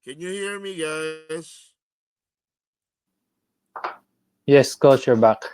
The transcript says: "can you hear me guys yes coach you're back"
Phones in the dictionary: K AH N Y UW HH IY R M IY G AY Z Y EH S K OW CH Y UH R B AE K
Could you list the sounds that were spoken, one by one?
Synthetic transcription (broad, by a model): K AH N Y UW HH IY R M IY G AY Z Y EH S K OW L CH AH R B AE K